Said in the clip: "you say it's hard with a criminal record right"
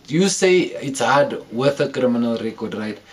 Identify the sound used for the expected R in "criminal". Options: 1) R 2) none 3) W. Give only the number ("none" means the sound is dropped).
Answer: 1